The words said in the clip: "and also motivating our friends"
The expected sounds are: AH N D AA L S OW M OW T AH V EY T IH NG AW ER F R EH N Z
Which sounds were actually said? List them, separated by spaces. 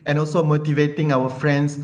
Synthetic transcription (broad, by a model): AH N AA L S OW M OW T AH V EY T IH NG AW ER F R EH N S